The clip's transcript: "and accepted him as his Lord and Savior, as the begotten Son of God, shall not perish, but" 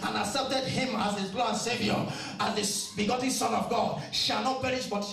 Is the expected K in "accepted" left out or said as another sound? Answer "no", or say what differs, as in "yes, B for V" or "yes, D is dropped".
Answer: yes, K is dropped